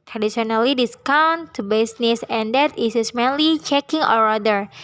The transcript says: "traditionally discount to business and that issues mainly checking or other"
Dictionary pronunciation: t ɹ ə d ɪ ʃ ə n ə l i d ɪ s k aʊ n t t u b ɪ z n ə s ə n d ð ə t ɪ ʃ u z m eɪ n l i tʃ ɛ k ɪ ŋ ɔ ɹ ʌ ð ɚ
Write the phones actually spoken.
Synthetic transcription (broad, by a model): t ɹ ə d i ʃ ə n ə l i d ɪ s k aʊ n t t u b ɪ s n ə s ə n d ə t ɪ s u s m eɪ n l i tʃ ɛ k ɪ ŋ ɔ ɹ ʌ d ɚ